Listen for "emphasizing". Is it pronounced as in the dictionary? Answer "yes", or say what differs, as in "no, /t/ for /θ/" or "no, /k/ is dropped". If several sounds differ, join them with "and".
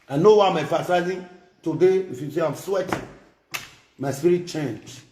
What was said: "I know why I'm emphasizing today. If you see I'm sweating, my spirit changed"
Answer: no, /m/ is dropped